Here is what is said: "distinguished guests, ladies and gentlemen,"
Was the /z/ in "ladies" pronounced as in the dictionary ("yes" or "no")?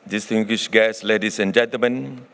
no